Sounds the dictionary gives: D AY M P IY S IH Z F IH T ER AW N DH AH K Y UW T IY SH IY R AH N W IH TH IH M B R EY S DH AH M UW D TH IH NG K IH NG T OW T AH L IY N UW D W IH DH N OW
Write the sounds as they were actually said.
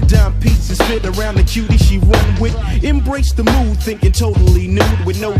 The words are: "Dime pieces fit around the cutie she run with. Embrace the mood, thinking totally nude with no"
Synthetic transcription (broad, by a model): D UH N P IY S IH Z F IH T ER AW N DH AH K Y UW T IY SH IY W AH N W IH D IH M B R EY S DH AH M UW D TH IH NG K IH NG T OW T L IY N UW D W IH DH N OW